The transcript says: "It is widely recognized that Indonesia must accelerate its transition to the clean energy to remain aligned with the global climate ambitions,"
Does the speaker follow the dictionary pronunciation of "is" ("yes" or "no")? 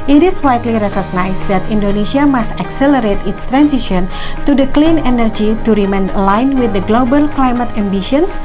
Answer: no